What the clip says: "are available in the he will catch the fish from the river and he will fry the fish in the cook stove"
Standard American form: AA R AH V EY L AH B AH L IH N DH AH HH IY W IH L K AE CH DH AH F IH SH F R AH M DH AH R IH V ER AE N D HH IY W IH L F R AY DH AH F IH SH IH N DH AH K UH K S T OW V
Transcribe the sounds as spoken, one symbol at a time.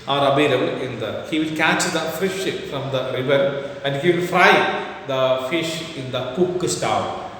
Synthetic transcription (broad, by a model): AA R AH B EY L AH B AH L IH N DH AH HH IY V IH L K AE CH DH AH F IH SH F R AH M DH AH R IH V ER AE N D HH IY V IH L F R AY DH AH F IH SH IH N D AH K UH K S T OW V